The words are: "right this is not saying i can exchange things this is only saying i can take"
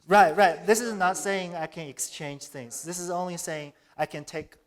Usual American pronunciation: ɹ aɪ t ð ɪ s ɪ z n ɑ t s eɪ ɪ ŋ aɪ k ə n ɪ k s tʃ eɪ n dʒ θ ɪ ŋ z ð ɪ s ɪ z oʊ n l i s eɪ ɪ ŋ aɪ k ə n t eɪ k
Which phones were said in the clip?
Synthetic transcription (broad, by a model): ɹ aɪ t ð ɪ s ɪ z n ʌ t s eɪ ɪ ŋ aɪ k ə n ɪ k s tʃ eɪ n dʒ θ ɪ ŋ z ð ɪ s ɪ z oʊ n l i s eɪ ɪ ŋ aɪ k ə n t eɪ k